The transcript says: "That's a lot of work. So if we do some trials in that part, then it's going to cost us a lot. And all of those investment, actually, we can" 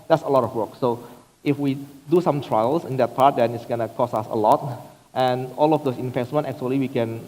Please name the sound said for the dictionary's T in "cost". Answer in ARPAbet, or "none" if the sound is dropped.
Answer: none